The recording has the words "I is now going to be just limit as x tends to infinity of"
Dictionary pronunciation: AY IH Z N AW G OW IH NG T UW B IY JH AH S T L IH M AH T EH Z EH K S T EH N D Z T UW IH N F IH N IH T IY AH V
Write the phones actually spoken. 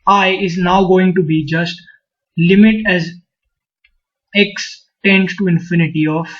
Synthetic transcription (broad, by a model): AY IH Z N AW G OW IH NG T UW B IY JH AH S T L IH M AH T EH Z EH K S T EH N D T T UW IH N F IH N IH T IY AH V